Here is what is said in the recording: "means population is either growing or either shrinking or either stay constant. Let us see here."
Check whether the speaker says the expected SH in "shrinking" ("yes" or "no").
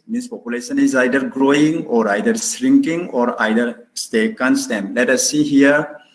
no